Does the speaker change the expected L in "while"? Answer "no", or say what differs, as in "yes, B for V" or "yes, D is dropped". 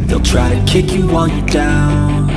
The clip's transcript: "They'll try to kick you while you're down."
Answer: yes, N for L